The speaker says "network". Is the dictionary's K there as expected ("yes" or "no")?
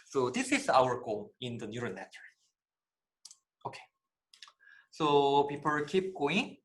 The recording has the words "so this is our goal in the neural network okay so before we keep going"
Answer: no